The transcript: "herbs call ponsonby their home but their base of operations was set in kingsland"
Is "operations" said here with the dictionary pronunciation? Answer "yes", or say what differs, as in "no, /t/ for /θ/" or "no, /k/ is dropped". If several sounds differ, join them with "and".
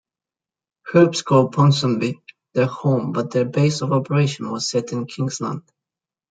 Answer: no, /z/ is dropped